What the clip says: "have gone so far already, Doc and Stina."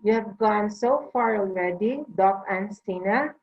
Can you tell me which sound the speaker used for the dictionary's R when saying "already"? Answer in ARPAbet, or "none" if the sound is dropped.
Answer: L